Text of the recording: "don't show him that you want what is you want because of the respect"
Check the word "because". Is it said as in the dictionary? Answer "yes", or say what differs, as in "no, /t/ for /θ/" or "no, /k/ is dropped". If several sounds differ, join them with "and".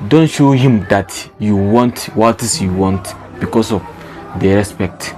no, /s/ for /z/